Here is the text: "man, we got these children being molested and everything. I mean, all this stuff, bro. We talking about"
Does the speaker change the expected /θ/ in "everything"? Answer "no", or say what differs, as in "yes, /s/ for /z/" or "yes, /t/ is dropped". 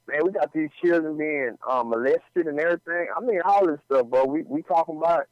no